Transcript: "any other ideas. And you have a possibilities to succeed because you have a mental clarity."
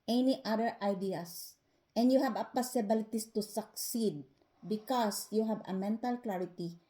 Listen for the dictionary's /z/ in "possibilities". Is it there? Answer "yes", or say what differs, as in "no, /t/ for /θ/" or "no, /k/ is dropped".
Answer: no, /s/ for /z/